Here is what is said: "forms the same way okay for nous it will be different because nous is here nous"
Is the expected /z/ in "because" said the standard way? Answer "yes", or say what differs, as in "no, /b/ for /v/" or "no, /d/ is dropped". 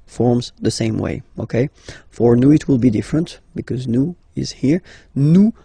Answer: yes